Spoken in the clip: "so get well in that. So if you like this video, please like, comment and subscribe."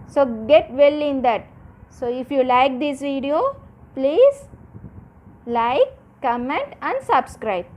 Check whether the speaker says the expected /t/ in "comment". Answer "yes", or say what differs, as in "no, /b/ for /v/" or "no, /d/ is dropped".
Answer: yes